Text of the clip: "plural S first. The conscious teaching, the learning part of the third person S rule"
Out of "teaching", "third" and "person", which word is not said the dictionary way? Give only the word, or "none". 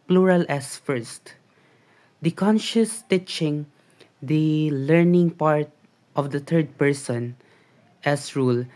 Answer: third